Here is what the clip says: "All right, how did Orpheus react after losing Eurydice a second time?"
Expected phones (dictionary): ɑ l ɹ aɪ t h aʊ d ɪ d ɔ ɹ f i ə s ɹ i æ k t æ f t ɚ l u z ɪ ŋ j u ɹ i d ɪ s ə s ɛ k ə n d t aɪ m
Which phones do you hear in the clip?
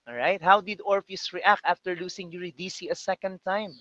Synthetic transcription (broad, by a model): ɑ ɹ aɪ t h aʊ d ɪ d ɔ ɹ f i s ɹ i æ k t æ f t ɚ l u s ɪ ŋ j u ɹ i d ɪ s ə s ɛ k ə n d t aɪ m